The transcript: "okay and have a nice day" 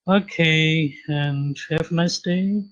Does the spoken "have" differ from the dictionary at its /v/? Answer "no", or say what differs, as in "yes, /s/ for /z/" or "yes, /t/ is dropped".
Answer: yes, /f/ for /v/